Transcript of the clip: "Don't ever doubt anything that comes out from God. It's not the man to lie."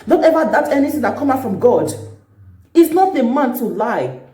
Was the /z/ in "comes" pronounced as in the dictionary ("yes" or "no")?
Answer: no